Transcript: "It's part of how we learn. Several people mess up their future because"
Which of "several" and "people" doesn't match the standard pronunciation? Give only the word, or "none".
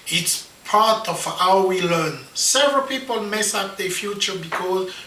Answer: none